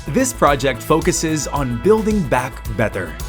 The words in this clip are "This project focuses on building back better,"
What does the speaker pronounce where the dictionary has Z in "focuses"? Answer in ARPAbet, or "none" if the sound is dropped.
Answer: Z